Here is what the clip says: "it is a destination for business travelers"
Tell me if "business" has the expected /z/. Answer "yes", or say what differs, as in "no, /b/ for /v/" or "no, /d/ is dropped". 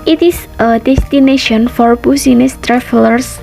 no, /s/ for /z/